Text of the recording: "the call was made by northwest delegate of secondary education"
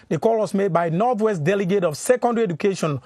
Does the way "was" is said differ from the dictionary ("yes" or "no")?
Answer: yes